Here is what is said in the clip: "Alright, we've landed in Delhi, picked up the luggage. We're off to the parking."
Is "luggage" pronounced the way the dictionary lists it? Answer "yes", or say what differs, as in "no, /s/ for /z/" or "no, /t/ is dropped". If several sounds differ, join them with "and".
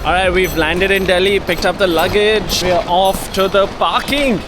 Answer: yes